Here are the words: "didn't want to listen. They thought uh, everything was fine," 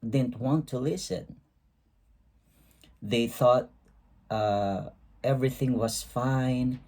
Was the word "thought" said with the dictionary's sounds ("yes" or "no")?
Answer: yes